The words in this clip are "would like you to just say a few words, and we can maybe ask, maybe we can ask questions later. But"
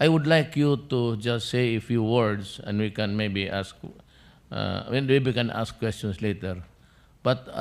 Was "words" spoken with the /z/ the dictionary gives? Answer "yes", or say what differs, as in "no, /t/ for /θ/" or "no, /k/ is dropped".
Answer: no, /s/ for /z/